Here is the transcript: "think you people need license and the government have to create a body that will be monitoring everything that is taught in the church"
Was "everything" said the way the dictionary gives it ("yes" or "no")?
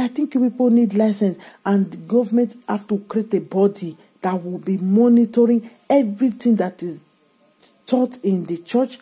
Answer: no